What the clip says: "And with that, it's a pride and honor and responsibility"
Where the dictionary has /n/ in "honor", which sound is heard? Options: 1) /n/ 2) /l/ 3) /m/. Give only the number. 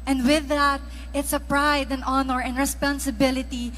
1